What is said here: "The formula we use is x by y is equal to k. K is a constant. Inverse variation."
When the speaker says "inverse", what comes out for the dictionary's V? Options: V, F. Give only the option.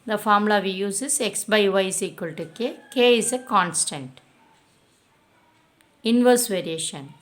V